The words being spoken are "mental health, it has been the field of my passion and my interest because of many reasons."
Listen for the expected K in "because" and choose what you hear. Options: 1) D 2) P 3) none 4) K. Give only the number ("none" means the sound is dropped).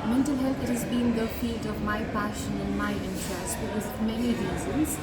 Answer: 3